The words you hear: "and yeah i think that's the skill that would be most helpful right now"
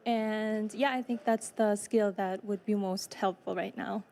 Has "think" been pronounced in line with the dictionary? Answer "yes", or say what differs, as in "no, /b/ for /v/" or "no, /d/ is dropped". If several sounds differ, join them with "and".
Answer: yes